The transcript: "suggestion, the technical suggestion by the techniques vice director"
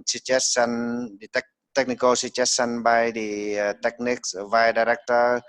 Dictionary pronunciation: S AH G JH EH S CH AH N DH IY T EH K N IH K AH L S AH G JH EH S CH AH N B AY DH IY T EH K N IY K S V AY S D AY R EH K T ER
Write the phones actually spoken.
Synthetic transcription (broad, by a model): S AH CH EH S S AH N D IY T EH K N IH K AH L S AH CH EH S S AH N B AY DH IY T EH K N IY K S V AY D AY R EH K T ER